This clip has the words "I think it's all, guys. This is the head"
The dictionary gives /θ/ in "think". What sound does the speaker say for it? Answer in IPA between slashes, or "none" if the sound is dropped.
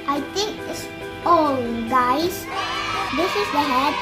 /t/